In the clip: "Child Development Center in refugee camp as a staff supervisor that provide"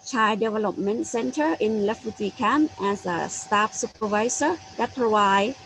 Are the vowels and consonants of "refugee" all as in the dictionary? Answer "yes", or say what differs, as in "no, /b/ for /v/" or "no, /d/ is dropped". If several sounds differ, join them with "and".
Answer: no, /l/ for /ɹ/